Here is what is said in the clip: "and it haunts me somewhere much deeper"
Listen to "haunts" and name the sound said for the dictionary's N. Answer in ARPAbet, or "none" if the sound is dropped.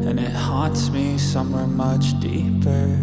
none